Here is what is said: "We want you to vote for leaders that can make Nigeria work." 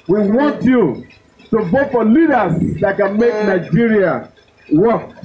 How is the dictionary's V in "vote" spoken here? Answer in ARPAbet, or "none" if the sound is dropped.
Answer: B